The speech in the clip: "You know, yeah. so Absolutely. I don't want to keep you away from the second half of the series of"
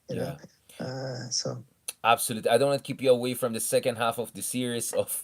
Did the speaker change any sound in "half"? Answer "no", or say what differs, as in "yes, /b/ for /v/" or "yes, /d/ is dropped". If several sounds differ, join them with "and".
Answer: no